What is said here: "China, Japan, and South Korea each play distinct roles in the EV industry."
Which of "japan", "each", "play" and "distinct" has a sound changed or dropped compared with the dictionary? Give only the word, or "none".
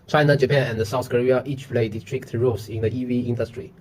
distinct